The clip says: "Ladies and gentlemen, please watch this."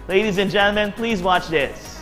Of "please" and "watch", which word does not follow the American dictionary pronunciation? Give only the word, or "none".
none